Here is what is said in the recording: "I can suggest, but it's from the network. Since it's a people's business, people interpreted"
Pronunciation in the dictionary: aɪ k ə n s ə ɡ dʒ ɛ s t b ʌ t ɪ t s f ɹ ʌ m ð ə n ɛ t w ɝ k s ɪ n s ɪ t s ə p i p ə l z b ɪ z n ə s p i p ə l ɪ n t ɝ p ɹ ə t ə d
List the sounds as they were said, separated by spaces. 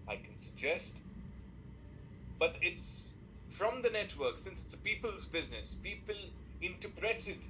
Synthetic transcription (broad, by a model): aɪ k ə n s ə ɡ dʒ ɛ s t b ʌ t ɪ t s f ɹ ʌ m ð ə n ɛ t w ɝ k s ɪ n s ɪ t s ə p i p ə l z b ɪ z n ə s p i p ə l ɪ n t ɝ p ɹ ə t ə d